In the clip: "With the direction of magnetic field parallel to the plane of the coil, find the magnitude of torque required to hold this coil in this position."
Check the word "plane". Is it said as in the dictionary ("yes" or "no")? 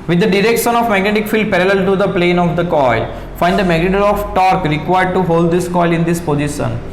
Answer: yes